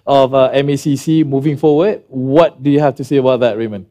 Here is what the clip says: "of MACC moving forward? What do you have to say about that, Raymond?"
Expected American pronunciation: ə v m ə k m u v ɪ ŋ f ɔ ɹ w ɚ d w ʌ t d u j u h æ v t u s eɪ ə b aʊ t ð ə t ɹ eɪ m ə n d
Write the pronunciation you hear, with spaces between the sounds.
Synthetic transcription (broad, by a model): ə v m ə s m u v ɪ ŋ f ɔ w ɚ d w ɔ t d u j u h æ f t u s eɪ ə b aʊ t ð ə t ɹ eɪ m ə n